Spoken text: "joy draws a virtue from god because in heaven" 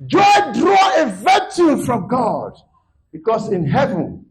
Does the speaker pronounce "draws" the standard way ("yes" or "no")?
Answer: no